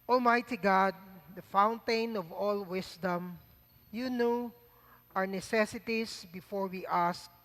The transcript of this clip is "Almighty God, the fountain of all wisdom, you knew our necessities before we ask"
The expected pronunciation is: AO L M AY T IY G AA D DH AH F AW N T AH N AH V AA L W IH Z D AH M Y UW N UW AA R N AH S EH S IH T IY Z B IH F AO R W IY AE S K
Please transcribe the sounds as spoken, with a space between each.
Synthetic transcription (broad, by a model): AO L M AY T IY G AA D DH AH F AW N T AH N AH V AA L W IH S D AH M Y UW N UW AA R N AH S EH S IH T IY S B IH F AO R W IY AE S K